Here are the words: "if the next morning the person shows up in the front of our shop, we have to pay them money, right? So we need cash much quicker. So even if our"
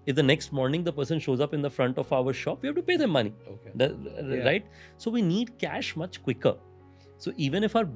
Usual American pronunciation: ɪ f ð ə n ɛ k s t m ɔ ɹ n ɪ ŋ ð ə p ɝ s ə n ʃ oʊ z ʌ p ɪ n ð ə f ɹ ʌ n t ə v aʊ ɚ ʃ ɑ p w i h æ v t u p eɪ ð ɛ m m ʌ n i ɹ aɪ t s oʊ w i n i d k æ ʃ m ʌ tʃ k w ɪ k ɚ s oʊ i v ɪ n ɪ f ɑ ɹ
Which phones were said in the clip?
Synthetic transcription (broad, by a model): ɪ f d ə n ɛ k s t m ɔ ɹ n ɪ ŋ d ə p ɝ s ə n ʃ oʊ z ʌ p ɪ n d ə f ɹ ʌ n t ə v aʊ ɚ ʃ ɑ p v i h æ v t u p eɪ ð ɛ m m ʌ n i ɹ aɪ t s oʊ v i n i d k æ ʃ m ʌ tʃ k w ɪ k ɚ s oʊ i v ɪ n ɪ f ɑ ɹ